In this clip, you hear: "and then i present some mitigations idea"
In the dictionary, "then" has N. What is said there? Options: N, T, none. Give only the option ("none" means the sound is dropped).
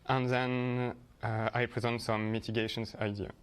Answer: N